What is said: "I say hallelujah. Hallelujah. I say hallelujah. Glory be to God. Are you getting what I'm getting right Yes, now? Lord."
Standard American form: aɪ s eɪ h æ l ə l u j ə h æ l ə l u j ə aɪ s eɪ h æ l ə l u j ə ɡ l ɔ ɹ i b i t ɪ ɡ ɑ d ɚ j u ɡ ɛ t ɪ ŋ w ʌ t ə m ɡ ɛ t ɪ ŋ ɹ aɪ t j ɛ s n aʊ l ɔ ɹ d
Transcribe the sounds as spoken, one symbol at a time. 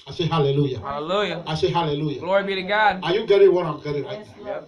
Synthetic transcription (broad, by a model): aɪ s eɪ h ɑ l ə l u j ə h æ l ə l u j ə aɪ s eɪ h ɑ l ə l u j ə ɡ l ɔ ɹ i b i t ɪ ɡ ɑ d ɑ j u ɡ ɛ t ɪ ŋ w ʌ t ə m ɡ ɛ t ɪ ŋ l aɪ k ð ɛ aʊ